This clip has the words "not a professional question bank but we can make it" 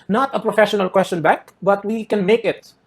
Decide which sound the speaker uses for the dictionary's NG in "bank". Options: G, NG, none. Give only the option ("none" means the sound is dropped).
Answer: none